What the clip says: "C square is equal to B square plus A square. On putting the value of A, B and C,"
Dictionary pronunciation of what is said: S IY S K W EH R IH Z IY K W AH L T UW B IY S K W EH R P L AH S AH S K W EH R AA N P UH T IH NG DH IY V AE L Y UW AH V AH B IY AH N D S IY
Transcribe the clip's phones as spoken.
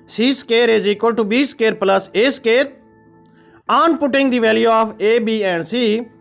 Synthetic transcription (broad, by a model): S IY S K EH R IH Z IY K W AH L T UW B IY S K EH R P L AH S AH S K EH R AA N P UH T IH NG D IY V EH L Y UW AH P AH B IY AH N S IY